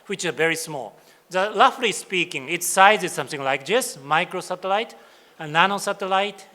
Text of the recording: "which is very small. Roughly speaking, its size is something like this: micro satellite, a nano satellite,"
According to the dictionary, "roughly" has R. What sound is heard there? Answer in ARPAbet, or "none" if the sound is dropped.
L